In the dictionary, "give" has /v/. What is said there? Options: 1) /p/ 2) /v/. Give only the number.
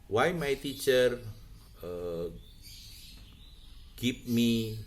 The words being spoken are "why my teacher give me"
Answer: 1